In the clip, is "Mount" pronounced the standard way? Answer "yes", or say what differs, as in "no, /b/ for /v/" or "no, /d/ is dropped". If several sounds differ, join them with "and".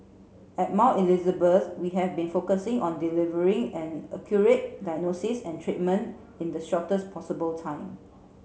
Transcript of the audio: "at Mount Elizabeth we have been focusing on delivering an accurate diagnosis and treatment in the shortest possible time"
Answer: no, /n/ is dropped